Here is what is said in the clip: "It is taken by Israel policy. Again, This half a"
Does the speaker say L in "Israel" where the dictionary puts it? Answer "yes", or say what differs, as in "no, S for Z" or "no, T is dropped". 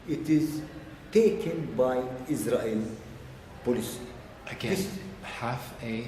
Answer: yes